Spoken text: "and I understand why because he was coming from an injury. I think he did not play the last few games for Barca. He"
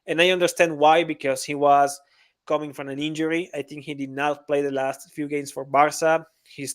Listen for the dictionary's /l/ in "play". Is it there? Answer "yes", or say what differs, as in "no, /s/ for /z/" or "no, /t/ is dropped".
yes